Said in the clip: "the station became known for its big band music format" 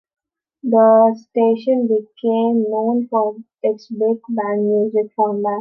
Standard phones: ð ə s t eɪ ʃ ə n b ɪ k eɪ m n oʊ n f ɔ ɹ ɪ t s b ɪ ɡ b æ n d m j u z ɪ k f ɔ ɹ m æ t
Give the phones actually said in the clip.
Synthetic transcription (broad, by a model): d ə s t eɪ ʃ ə n b ɪ k eɪ m n oʊ n f ɔ ɹ ɪ t s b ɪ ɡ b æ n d m j u z ɪ k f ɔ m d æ